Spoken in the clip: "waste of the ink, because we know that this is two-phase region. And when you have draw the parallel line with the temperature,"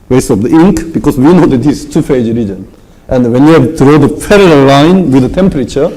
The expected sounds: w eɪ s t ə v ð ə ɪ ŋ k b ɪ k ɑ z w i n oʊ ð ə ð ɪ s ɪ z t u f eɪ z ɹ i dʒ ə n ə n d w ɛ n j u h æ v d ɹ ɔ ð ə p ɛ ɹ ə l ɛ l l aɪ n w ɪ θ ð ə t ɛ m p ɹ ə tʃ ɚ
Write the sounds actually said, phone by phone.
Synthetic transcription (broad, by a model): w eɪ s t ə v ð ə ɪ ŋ k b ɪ k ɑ s w i n oʊ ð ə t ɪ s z t u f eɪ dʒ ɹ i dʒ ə n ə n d w ɛ n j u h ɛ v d ɹ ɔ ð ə f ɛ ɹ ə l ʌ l l aɪ n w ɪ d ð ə t ɛ m p ɹ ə tʃ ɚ